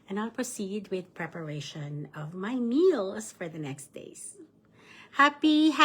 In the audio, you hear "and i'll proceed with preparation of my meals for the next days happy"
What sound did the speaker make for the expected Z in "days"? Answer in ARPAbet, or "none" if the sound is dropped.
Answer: S